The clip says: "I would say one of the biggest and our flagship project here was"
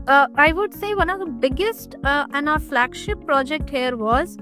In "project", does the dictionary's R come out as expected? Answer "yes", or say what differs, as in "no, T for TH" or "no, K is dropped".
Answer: yes